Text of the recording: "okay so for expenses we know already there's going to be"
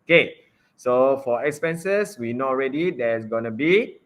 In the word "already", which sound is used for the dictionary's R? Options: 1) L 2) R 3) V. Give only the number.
2